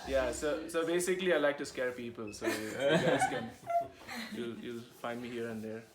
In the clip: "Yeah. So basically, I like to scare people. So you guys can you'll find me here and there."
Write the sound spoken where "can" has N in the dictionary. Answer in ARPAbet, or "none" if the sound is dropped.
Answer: L